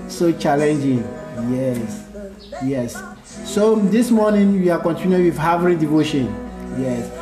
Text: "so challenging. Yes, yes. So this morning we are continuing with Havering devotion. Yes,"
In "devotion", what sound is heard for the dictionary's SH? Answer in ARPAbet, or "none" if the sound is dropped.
SH